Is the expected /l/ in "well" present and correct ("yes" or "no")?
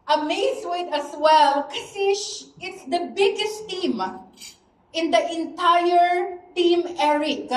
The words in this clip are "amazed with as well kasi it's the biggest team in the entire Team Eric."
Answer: yes